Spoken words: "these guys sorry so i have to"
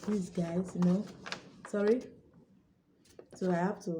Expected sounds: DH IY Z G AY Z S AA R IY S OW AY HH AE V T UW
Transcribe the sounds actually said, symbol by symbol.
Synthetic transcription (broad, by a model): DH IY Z G AY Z S AA R IY S OW AY HH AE P T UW